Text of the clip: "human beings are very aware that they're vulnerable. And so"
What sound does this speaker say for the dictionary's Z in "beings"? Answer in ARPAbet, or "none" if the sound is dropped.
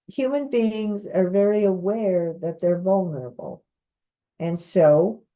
Z